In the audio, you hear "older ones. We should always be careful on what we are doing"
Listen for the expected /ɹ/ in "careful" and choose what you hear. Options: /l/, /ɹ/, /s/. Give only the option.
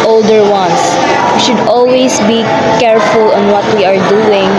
/ɹ/